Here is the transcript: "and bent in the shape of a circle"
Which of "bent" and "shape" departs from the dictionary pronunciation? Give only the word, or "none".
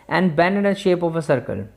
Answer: bent